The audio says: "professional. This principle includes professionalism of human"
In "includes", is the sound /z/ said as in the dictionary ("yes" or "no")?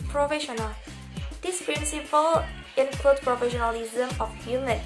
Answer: no